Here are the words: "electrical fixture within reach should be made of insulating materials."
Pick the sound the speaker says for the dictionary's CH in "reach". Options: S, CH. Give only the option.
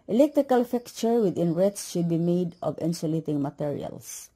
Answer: S